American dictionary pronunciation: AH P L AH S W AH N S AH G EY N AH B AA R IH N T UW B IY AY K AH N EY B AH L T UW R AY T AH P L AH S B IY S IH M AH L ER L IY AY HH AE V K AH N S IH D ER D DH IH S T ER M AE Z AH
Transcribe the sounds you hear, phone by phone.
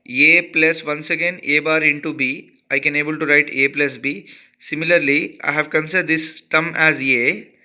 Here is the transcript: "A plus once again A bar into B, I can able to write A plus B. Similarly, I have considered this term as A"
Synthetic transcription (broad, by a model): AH P L AH S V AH N S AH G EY N AH B AA R IH N T UW B IY AY K AH N EY B AH L T UW R AY T AH P L AH S B IY S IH M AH L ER L IY AY HH AE V K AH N S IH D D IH S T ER M AE Z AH